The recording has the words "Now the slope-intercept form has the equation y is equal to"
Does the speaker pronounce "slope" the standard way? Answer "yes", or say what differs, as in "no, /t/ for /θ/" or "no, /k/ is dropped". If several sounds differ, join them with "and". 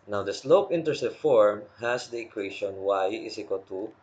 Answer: yes